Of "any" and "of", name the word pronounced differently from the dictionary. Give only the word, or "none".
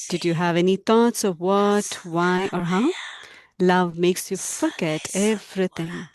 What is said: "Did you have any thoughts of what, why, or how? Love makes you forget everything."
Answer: none